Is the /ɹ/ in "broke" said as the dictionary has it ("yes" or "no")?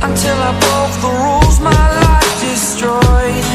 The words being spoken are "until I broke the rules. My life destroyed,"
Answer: no